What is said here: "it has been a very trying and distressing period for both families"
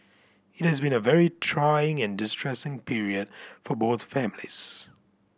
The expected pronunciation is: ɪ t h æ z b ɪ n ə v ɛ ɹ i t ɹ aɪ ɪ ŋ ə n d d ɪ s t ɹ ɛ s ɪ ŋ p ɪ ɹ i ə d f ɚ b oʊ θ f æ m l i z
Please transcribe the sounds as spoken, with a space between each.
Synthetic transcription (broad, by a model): ɪ t h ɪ z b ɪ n ə v ɛ ɹ i t ɹ aɪ ɪ ŋ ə n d d ɪ s t ɹ ɛ s ɪ ŋ p ɪ ɹ i ə d f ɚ b oʊ θ f æ m l i z